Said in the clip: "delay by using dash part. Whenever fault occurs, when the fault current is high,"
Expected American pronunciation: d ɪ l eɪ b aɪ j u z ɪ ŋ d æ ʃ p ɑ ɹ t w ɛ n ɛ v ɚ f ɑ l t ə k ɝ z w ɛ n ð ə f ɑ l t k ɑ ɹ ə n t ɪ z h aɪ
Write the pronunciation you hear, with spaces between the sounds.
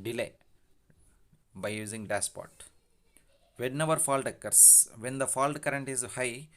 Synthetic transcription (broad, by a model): d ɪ l eɪ b aɪ j u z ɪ ŋ d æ s p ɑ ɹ t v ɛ n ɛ v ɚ f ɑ l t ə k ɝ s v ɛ n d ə f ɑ l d k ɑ ɹ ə n t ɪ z h aɪ